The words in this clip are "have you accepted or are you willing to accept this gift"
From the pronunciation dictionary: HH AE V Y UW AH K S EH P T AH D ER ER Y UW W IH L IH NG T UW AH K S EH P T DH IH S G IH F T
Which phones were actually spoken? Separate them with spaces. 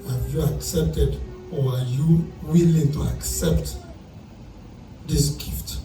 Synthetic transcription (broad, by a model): HH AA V Y UW AH K S EH P T AH D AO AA Y UW W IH L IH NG T UW AH K S EH P T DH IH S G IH F T